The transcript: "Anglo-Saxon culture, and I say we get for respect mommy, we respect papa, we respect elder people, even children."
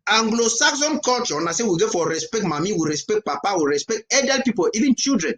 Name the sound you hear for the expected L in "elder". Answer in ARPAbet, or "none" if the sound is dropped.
none